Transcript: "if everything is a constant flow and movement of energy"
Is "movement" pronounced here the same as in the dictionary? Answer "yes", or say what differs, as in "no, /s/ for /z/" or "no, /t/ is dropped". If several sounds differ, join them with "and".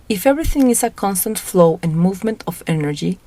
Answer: yes